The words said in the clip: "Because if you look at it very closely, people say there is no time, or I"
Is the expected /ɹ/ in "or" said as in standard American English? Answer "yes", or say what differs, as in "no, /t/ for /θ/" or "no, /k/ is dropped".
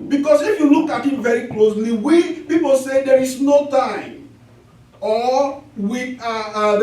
no, /w/ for /ɹ/